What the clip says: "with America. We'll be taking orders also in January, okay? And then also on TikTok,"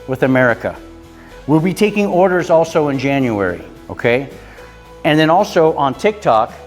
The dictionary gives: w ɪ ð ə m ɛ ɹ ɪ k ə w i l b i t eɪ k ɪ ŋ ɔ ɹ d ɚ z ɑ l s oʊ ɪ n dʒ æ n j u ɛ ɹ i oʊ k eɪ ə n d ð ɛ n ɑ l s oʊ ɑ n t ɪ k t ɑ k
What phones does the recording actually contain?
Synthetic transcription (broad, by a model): w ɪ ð ə m ɛ ɹ ɪ k ə w i l b i t eɪ k ɪ ŋ ɔ ɹ d ɚ z ɑ l s oʊ ɪ n dʒ æ n j u ɛ ɹ i oʊ k eɪ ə n ð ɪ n ɑ l s oʊ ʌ n t ɪ k t ɑ k